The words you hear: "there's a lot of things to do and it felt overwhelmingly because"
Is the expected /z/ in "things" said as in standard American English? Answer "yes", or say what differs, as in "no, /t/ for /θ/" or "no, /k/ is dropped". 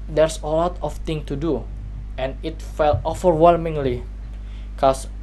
no, /z/ is dropped